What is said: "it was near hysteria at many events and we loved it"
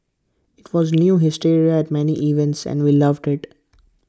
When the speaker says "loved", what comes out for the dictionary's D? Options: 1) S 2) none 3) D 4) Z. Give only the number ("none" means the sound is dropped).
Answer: 3